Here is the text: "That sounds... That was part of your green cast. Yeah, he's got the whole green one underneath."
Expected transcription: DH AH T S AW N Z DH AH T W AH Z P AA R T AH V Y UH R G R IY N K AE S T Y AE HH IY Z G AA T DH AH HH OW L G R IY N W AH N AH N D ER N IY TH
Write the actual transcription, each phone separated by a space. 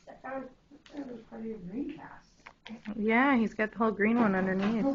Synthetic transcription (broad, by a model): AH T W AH Z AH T W AH Z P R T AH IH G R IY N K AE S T Y AE HH IY Z G AA T DH AH HH OW L G R IY N W AH N AH N D ER N IY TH